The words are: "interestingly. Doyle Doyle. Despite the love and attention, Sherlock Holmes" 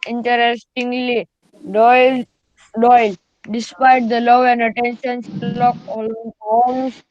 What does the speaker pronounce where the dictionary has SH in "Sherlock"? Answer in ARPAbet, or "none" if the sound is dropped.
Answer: S